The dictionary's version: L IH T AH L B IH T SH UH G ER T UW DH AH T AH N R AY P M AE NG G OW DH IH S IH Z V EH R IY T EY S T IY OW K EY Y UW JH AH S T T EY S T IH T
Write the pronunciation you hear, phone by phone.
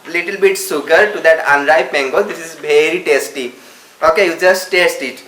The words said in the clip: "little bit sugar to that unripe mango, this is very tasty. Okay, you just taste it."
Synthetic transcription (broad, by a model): L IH T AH L B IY T S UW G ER T UW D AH T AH N R AY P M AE NG G OW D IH S IH Z V EH R IY T EY S T IY OW K EY Y UW JH AH S T T EY S T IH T